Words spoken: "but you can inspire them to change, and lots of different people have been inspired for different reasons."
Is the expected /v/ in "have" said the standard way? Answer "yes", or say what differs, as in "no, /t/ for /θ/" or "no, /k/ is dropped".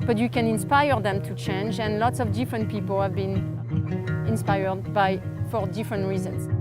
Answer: yes